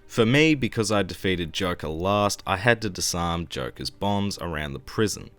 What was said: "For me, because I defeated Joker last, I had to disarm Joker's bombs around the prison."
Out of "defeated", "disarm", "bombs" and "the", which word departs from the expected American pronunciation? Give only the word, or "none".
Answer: none